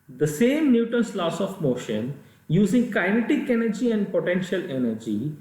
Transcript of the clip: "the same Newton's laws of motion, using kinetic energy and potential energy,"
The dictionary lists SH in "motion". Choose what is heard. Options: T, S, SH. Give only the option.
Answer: SH